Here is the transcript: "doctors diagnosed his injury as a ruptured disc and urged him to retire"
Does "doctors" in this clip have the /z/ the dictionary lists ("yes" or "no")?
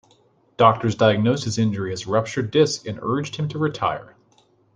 yes